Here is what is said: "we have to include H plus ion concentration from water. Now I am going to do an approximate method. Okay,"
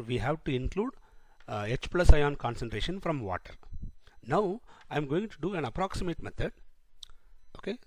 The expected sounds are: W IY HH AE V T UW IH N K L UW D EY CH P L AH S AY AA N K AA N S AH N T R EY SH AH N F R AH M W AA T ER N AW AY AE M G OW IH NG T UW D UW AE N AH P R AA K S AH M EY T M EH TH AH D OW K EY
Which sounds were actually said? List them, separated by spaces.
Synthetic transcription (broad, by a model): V IY HH AE V T UW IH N K L UW D EY CH P L AH S AY AA N K AA N S AH N T R EY SH AH N F R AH M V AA T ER N AW AY M G OW IH NG T UW D UW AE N AH P R AA K S AH M EY T M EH T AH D OW K EY